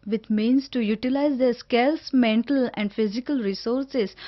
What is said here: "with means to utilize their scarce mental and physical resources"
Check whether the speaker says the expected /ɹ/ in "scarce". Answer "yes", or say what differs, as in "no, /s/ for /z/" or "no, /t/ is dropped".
no, /l/ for /ɹ/